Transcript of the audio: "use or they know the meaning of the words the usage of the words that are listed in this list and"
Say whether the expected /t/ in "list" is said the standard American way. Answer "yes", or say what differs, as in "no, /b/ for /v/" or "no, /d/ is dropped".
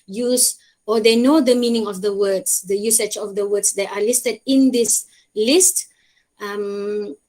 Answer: yes